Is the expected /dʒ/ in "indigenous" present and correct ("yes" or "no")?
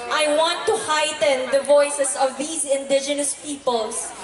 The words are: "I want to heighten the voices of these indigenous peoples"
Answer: yes